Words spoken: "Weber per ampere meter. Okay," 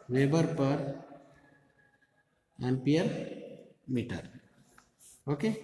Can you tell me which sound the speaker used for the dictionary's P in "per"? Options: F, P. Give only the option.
P